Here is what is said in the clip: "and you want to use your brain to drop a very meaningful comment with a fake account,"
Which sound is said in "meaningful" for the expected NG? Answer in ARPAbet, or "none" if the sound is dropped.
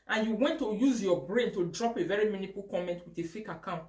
none